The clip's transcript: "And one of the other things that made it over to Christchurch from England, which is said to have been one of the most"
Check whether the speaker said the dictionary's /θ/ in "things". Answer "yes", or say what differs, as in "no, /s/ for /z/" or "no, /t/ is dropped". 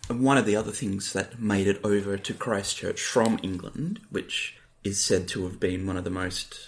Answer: yes